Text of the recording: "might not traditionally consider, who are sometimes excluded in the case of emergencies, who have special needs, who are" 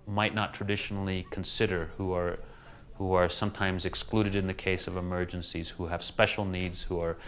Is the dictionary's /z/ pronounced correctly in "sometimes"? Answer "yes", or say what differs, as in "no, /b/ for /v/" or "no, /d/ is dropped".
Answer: yes